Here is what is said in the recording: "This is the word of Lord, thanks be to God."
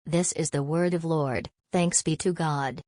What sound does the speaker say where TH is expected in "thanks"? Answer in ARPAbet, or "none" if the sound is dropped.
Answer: TH